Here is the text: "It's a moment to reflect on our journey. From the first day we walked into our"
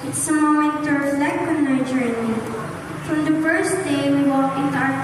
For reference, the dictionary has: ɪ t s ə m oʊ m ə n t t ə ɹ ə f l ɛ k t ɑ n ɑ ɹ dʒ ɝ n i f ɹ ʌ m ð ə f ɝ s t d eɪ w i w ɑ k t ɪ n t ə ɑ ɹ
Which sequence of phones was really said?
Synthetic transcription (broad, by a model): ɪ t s ə m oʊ m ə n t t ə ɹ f l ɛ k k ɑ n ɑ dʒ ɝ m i f ɹ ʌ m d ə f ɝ s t d eɪ w i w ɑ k ɪ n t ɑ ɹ